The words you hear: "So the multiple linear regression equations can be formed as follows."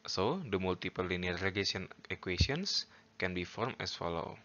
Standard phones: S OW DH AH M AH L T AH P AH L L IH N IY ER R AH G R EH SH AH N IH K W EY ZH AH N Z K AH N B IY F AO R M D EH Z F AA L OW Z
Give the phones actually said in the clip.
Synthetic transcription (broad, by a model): S OW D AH M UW L T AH P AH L L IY N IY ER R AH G EH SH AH N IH K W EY S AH N S K AH N B IY F AO R M EH S F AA L OW